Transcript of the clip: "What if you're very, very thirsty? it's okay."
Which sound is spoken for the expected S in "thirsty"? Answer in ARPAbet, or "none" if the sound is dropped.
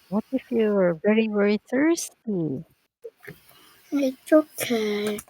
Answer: S